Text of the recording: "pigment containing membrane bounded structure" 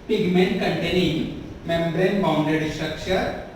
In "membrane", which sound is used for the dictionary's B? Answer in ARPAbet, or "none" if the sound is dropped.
B